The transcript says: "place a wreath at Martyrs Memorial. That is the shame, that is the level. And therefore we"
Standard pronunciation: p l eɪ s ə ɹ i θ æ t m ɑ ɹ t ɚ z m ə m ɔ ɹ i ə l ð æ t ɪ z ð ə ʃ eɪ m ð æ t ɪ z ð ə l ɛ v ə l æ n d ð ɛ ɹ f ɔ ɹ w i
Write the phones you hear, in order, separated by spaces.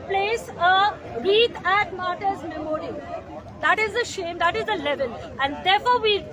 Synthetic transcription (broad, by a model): p l eɪ s ə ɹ i t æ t m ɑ ɹ t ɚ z m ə m ɔ ɹ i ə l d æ t ɪ z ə ʃ eɪ m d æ t ɪ z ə l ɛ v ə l æ n d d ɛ ɹ f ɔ ɹ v i